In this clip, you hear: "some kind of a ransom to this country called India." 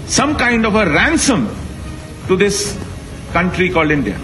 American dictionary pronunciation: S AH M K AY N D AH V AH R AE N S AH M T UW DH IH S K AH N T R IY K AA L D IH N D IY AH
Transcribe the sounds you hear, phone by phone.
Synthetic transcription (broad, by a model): S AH M K AY N D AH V AH R AE N S AH M T UW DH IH S K AH N T R IY K AA L D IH N D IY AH